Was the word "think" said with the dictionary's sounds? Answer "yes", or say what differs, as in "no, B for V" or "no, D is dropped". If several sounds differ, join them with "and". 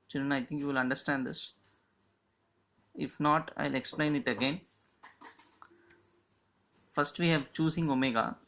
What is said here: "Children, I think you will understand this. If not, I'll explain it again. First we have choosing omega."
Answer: no, T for TH